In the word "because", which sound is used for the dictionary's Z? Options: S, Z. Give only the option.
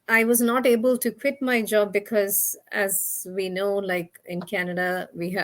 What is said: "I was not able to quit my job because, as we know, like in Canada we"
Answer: Z